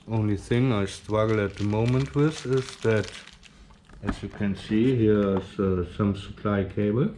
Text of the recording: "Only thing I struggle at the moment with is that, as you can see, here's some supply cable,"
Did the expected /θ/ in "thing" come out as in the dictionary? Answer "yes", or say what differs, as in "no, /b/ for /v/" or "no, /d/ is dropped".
yes